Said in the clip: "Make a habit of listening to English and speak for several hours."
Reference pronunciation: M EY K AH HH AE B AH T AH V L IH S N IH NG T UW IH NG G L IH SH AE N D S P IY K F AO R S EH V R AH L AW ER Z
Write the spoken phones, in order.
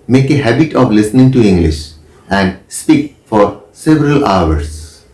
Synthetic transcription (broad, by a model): M EY K AH HH AE B AH T AH V L IH S N IH NG T UW IH NG G L IH SH AE N D S P IY K F AO R S EH V R AH L AW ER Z